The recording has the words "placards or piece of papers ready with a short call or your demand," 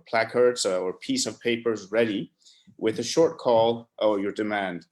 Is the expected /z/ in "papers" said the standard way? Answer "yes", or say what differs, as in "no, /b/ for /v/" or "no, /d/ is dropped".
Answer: yes